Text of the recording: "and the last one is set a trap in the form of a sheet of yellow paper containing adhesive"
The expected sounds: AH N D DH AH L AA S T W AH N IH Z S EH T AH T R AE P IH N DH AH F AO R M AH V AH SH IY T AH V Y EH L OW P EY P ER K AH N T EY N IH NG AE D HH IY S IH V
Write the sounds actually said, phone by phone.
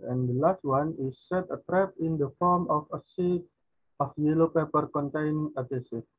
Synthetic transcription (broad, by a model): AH N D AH L AA S T W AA N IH S EH T AH T R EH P IH N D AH F AO R M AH F AH S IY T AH F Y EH L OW P EY P ER K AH N T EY N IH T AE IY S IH